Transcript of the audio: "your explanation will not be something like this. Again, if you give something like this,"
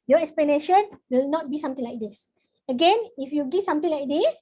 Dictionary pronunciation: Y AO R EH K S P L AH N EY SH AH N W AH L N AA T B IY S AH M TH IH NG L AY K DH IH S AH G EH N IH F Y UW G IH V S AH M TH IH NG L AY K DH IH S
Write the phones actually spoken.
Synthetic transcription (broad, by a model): Y AO EH K S P L AH N EY SH AH N W AH L N AA T B IY S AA M T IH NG L AY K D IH S AH G EH N IH F Y UW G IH S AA M T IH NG L AY K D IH S